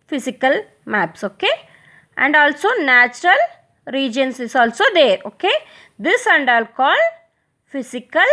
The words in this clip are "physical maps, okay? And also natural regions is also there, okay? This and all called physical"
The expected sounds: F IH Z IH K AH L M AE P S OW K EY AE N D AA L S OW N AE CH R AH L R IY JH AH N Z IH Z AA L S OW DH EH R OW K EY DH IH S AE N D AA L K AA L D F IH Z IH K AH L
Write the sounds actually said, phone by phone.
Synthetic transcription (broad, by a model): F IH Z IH K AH L M AE P S OW K EY AE N D AA L S OW N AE CH R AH L R IY JH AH N S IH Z AA L S OW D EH R OW K EY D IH S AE N D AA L K AA L D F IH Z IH K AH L